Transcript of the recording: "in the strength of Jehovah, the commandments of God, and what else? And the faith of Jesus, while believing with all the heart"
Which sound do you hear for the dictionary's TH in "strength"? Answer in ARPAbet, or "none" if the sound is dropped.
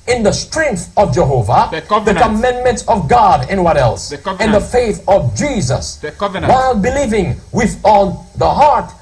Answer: TH